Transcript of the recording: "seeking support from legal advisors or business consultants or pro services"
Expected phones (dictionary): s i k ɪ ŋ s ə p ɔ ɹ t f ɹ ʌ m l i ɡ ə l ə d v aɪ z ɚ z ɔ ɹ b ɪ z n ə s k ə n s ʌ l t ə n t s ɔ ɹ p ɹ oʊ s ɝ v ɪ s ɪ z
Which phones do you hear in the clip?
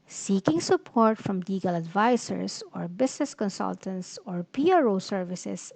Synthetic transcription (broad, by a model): s i k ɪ ŋ s ə p ɔ ɹ t f ɹ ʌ m l i ɡ ə l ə d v aɪ s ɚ s ɔ ɹ b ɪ s n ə s k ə n s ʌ l t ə n t s ɔ ɹ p ɹ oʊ s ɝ v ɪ s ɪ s